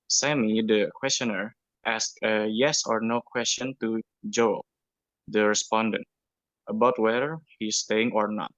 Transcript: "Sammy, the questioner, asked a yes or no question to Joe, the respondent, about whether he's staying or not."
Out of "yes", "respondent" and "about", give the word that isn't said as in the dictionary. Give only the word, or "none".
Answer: none